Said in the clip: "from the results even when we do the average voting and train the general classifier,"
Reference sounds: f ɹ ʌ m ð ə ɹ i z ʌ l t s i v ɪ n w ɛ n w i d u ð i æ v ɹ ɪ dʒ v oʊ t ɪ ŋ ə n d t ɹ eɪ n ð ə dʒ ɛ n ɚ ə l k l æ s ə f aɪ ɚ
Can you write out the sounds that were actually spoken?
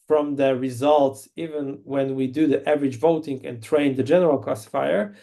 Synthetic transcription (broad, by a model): f ɹ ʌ m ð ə ɹ i z ʌ l t s i v ɪ n w ɛ n w i d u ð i æ v ɹ ɪ dʒ v oʊ t ɪ ŋ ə n t ɹ eɪ n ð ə dʒ ɛ n ɚ ə l k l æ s f aɪ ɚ